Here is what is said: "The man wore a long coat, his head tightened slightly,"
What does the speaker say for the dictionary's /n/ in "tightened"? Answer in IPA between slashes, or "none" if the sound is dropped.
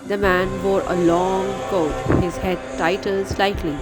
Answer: /l/